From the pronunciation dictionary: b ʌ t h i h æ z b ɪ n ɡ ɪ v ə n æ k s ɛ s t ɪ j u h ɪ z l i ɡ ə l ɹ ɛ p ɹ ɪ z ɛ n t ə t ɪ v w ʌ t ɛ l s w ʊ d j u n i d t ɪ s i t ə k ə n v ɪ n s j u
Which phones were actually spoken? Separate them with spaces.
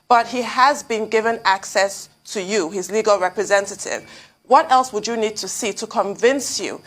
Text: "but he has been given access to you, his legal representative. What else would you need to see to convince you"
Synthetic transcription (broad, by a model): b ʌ t h i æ z b ɪ n ɡ ɪ v ə n æ k s ɛ s t ɪ j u h ɪ z l i ɡ ə l ɹ ɛ p ɹ ɪ z ɛ n t ə t ɪ v w ʌ t ɛ l s w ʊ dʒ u n i d t ɪ s i t ə k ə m v ɪ n s j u